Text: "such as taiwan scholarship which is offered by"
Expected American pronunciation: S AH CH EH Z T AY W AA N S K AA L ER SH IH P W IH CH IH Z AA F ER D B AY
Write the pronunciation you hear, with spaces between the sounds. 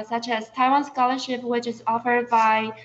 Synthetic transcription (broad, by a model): S AH CH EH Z T AY W AA N S K AA L ER SH IH P W IH CH IH Z AA F ER D B AY